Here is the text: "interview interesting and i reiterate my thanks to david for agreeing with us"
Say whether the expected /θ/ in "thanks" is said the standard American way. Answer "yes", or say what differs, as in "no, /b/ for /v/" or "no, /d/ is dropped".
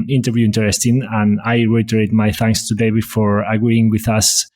yes